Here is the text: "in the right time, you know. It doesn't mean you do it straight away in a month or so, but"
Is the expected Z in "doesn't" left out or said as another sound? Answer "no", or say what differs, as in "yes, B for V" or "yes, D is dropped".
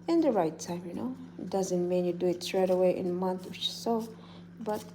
no